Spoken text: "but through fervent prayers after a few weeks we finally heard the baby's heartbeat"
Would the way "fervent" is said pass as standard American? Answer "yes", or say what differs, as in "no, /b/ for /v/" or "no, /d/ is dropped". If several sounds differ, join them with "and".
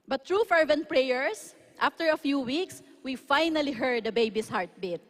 yes